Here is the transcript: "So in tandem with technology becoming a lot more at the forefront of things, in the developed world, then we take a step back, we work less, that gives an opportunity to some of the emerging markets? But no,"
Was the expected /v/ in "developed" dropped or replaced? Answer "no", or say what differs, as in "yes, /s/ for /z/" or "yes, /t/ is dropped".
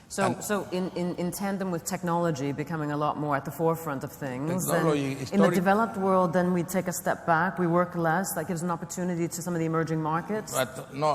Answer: no